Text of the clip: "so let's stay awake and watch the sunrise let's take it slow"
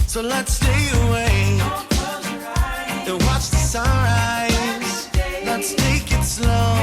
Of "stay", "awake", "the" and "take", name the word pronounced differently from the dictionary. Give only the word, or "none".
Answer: awake